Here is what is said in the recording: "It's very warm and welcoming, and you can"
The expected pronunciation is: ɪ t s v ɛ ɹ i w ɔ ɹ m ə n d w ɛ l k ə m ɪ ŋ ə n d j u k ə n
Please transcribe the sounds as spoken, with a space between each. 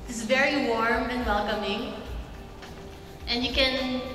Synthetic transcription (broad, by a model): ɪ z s v ɛ ɹ i w ɔ ɹ m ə n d w ɛ l k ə m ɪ ŋ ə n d j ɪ k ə n